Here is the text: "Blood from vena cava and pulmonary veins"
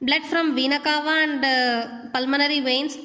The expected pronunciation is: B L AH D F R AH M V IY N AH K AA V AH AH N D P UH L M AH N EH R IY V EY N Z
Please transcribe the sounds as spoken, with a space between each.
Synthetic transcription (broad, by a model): B L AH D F R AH M V IY N AH K AA V AH AH N D P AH L M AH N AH R IY V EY N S